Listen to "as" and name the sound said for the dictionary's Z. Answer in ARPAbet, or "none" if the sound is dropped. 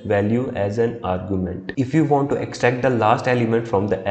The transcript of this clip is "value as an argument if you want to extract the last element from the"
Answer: Z